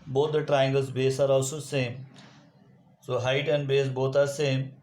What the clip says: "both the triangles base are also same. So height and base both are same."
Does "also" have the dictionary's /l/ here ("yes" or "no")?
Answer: no